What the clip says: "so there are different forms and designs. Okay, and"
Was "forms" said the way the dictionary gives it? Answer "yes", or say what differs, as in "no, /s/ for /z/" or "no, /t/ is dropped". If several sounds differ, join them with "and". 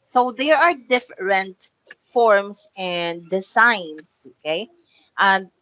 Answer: no, /s/ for /z/